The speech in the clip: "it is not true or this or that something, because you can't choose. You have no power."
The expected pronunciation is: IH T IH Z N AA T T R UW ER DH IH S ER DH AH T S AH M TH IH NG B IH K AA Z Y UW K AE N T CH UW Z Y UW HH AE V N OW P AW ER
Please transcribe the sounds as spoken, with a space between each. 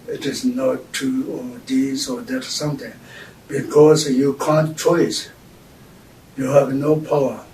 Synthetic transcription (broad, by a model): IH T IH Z N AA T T UW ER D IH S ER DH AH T S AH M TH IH NG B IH K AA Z Y UW K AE N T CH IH S Y UW HH AE V N OW P AW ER